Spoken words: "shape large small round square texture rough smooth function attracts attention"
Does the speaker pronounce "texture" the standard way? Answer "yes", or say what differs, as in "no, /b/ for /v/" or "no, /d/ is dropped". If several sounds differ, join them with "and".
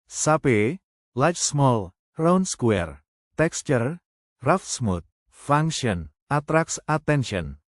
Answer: yes